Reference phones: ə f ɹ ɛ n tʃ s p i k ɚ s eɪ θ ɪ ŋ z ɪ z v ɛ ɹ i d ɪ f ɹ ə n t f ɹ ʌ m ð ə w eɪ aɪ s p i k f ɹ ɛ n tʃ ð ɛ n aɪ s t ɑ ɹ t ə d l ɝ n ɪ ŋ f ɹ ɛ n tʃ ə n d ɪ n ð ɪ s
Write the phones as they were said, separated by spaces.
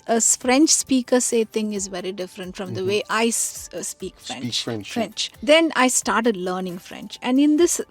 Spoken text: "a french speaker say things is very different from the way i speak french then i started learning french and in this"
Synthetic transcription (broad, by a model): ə f ɹ ɛ n tʃ s p i k ɚ s eɪ t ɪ ŋ ɪ z v ɛ ɹ i d ɪ f ɹ ə n t f ɹ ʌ m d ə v eɪ aɪ s p i k f ɹ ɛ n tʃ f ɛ n aɪ s t ɑ ɹ t ə d l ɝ n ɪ ŋ f ɹ ɛ n tʃ ə n d ɪ n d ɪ s